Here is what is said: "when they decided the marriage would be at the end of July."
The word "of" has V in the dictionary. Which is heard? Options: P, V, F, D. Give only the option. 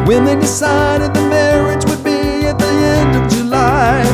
V